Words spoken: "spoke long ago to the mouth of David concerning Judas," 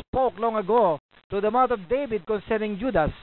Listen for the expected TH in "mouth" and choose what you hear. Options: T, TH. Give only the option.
T